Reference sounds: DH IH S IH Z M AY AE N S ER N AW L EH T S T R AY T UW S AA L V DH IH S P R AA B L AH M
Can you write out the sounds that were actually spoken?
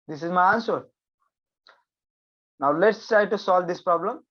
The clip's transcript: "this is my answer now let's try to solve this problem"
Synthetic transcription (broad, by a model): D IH S IH Z M AY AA N S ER N AW L EH T S T R AY T UW S AA L V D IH S P R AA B L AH M